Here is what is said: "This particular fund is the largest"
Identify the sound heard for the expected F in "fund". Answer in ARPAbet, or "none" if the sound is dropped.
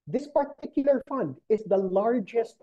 F